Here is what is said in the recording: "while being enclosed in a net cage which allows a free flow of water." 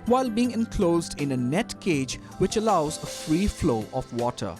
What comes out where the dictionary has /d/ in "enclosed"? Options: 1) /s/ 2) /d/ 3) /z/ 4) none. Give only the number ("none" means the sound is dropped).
2